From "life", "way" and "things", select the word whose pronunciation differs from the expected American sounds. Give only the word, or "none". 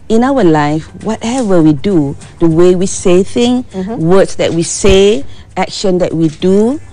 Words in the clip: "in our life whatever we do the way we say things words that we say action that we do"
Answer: things